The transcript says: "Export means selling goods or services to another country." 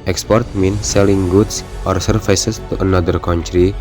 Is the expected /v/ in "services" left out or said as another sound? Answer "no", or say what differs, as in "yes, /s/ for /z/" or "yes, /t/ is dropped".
yes, /f/ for /v/